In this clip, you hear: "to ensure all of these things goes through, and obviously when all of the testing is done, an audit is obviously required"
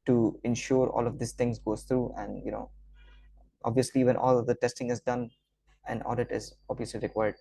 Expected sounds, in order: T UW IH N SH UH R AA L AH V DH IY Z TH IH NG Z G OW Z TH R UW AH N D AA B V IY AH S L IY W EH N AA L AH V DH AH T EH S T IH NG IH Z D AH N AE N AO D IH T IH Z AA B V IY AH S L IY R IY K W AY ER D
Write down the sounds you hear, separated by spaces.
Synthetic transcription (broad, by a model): T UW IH N SH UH R AA L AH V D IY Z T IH NG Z G OW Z T R UW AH N D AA B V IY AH S L IY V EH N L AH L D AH T EH S T IH NG IH Z D AH N AE N AO D IH T IH Z AA B V IY AH S L IY R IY K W AY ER D